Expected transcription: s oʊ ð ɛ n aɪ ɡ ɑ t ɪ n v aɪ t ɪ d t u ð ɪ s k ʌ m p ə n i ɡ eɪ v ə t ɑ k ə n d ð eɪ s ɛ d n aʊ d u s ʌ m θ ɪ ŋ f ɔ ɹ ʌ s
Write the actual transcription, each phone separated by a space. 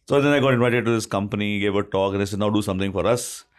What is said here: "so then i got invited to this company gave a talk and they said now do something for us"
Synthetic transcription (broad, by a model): s oʊ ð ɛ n aɪ ɡ ɑ t ɪ n v aɪ t ɪ d t u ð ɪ s k ʌ m p ə n i ɡ eɪ v ə t ɑ k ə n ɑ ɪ s ɛ d n aʊ d u s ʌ m t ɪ ŋ f ɔ ɹ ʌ s